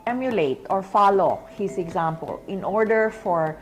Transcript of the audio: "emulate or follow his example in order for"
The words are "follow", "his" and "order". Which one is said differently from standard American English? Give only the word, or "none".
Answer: his